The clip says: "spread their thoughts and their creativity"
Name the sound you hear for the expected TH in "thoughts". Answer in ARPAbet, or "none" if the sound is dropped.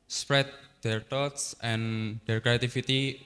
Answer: T